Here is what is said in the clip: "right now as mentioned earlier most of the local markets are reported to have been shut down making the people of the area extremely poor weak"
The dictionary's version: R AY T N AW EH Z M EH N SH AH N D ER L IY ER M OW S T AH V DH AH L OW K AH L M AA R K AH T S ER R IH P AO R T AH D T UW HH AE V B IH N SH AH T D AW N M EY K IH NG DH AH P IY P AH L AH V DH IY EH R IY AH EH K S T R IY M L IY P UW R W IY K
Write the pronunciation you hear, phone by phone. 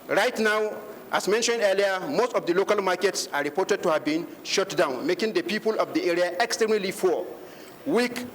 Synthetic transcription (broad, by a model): R AY T N AW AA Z M EH N SH AH N D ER L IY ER M OW S T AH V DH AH L OW K AH L M AA K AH T S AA R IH P AO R T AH D T UW HH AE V B IH N SH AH T D AW N M EY K IH NG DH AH P IY P AH L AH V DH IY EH R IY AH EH K S T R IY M L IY F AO W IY K